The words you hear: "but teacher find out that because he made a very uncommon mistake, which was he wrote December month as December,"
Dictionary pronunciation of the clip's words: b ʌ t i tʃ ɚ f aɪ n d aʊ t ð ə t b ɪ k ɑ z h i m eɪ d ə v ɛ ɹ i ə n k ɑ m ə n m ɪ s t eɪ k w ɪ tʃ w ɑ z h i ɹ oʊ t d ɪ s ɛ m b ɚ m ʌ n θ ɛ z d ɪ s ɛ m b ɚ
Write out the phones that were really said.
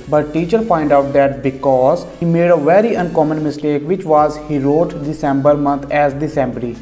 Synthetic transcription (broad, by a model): b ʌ t i tʃ ɚ p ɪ n d aʊ t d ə t b ɪ k ɑ z h i m eɪ d ə v ɛ ɹ i ə n k ɑ m ə n m ɪ s t eɪ k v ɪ tʃ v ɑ z h i ɹ oʊ t d ɪ s ɛ m b ɚ m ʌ n t ɛ z d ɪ s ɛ m b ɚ